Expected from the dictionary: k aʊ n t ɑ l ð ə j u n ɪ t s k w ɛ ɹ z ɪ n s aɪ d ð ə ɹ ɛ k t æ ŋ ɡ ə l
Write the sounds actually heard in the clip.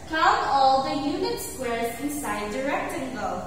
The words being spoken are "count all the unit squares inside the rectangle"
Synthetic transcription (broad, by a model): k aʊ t ɑ l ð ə j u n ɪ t s k w ɛ ɹ z ɪ n s aɪ d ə ɹ ɛ k t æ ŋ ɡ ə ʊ